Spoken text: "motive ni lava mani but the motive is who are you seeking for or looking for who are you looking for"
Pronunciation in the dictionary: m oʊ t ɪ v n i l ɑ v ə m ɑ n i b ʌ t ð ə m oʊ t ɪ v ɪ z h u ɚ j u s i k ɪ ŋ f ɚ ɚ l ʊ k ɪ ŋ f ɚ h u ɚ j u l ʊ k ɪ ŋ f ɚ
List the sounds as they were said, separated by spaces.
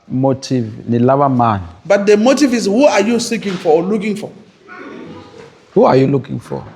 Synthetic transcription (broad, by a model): m oʊ t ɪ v n i l ɑ b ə m ɑ n i b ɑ t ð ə m oʊ t ɪ v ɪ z h u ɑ j u s i k ɪ ŋ f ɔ l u k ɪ ŋ f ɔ h u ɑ j u l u k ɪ ŋ f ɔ